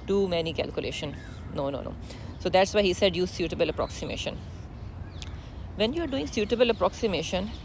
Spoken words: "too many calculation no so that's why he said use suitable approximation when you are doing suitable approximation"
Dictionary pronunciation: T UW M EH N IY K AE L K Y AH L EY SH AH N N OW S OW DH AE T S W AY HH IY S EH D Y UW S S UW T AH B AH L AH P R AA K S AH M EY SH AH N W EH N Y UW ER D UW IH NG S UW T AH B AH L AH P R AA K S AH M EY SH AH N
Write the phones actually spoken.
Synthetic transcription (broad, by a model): T UW M EH N IY K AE L K Y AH L EY SH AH N N OW S OW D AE T S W AY HH IY S EH D Y UW S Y UW T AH B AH L AH P R AA K S AH M EY SH AH N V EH N Y UW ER D UW IH NG S UW T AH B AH L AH P R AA K S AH M EY SH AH N